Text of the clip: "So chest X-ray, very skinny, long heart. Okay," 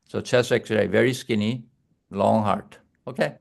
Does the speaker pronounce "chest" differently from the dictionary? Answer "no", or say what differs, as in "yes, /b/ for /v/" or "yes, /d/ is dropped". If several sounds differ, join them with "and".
yes, /t/ is dropped